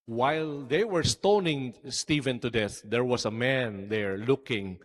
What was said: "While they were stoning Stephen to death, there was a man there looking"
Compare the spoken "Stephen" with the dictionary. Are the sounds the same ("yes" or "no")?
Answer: yes